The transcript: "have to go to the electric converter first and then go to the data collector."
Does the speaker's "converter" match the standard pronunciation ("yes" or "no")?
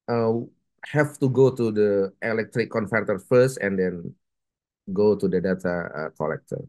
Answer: no